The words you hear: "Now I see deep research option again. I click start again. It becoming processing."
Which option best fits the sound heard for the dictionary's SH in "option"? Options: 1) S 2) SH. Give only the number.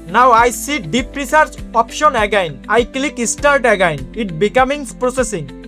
2